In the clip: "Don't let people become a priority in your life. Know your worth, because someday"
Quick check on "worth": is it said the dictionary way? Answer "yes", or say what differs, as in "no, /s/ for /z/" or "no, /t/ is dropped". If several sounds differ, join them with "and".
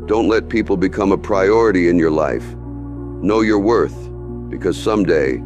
yes